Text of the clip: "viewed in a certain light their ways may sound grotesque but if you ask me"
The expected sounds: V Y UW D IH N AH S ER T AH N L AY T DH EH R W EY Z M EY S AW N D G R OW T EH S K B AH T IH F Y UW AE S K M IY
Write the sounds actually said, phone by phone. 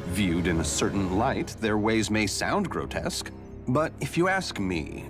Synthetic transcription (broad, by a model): V Y UW D IH N AH S ER T N L AY T DH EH R W EY Z M EY S AW N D G R OW T EH S K B AH T IH F Y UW AE S K M IY